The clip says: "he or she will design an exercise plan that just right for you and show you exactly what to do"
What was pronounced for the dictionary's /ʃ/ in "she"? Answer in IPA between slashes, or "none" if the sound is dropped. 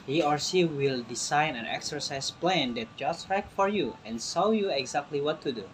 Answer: /s/